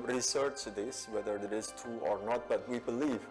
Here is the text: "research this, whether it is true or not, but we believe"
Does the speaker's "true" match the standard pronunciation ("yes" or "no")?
no